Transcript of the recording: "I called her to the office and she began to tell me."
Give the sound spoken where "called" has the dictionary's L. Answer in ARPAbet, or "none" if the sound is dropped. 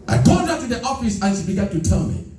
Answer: none